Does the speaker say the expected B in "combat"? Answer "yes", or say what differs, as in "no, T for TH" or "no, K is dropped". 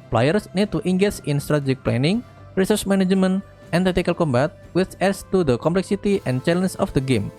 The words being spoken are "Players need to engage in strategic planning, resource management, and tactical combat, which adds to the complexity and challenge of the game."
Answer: yes